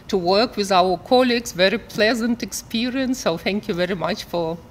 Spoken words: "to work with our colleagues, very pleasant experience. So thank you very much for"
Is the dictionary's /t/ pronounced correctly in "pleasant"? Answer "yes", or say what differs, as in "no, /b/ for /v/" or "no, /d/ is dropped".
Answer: yes